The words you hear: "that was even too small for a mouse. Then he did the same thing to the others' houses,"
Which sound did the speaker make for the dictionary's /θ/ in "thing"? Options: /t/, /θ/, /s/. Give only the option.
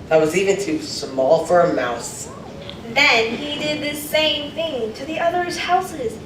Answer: /θ/